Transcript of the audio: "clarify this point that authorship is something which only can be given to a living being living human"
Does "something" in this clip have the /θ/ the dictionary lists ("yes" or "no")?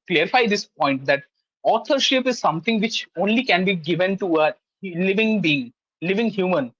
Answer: no